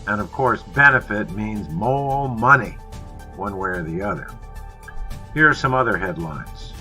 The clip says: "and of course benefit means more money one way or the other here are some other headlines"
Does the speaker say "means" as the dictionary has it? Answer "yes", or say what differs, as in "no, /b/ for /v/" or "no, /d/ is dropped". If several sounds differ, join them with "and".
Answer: yes